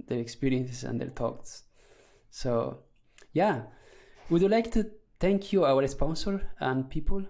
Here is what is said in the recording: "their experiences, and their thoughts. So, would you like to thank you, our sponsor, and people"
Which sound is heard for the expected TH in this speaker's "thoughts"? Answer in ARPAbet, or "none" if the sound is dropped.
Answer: T